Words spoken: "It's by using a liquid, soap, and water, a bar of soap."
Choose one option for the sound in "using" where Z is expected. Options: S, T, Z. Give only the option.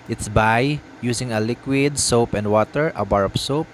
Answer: S